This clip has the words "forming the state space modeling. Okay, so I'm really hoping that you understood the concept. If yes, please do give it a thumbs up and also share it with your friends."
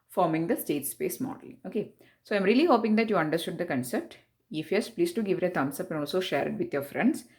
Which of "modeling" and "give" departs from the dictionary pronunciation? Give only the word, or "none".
modeling